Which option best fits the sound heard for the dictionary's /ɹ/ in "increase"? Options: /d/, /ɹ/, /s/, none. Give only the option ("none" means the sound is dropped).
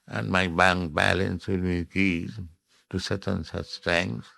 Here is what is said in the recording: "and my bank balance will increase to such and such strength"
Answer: none